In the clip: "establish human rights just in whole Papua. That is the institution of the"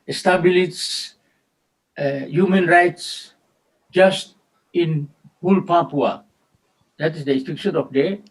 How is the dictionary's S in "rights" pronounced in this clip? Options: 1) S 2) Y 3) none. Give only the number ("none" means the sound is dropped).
1